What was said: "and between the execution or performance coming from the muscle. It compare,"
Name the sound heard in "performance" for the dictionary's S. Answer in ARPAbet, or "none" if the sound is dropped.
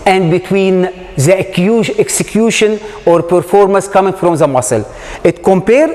S